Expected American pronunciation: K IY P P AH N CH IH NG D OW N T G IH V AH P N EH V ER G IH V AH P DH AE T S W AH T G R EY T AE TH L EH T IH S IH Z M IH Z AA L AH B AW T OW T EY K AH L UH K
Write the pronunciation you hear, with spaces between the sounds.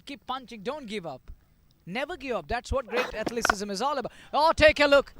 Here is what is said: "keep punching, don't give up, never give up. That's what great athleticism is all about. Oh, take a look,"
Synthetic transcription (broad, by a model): K IY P P AH N CH IH NG D OW N T G IH V AH P N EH V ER G IH V AH P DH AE T S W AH T G R EY T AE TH L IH S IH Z M IH Z AA L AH B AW OW T EY K AH L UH K